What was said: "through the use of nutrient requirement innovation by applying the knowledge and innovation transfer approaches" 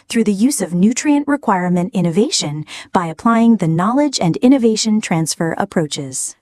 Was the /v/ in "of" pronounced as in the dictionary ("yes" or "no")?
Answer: yes